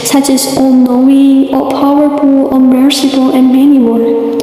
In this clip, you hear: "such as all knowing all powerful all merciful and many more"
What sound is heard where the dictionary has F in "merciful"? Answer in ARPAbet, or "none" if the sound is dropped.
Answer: P